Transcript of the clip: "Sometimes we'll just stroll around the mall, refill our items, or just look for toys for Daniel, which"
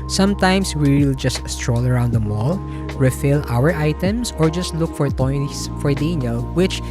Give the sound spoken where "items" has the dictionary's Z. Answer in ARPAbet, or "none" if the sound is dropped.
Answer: S